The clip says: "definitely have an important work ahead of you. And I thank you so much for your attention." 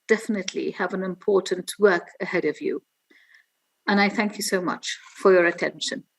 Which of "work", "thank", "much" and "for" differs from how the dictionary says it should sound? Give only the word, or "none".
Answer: none